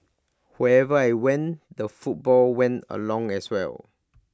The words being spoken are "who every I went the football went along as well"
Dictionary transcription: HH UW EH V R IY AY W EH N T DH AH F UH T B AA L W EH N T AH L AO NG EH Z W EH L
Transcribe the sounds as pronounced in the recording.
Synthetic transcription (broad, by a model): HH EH EH V IY AY W EH N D AH F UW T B AA L W EH N T AH L AO NG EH S W EH L